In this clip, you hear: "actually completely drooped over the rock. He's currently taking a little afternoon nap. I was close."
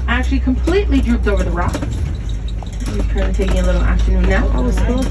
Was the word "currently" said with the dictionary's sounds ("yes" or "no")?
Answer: no